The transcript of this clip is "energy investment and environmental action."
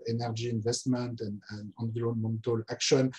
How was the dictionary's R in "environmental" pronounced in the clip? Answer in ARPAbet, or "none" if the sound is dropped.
L